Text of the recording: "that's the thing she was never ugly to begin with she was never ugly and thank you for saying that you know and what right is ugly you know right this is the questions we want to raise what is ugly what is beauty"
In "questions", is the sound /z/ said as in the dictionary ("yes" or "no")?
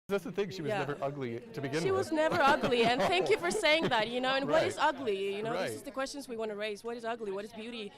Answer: yes